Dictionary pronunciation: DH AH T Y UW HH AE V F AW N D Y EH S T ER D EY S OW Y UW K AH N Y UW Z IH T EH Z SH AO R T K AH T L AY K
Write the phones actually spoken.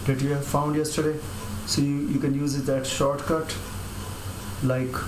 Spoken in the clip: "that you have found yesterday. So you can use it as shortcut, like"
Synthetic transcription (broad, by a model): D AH T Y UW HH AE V F AW N D Y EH S T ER D EY S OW Y UW K AH N Y UW Z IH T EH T SH AO R T K AH T L AY K